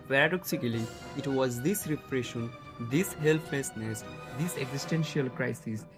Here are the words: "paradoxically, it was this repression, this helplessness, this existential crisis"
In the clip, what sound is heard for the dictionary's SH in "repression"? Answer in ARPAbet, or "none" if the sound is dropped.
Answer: SH